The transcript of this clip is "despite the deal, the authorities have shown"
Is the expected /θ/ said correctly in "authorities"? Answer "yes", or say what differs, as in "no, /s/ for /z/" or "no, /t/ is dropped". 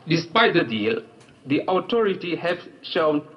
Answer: no, /t/ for /θ/